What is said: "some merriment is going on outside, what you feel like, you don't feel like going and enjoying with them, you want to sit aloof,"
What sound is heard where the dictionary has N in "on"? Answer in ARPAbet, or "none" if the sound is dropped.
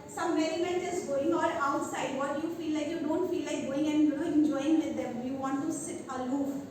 L